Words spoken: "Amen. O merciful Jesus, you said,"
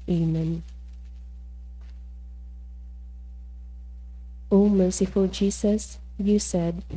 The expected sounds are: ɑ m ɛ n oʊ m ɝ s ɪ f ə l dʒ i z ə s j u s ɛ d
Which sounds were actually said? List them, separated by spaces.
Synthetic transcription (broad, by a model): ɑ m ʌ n oʊ m ɝ s ɪ f ə l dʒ i s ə s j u s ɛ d